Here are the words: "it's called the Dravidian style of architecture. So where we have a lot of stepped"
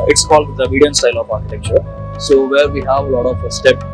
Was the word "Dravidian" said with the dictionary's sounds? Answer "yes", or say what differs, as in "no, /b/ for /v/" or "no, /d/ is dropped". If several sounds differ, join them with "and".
no, /ɹ/ is dropped